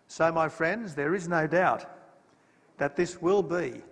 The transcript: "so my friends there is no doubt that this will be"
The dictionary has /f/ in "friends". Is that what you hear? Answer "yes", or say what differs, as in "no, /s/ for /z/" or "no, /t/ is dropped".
yes